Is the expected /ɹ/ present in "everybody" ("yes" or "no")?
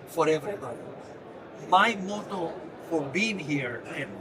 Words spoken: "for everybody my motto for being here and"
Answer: no